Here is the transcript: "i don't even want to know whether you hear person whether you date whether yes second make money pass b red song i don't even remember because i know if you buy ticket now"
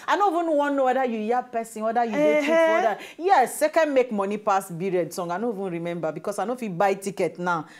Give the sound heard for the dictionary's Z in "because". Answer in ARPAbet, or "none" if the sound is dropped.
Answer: S